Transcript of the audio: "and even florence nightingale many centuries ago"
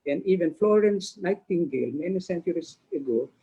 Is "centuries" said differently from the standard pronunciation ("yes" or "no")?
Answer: yes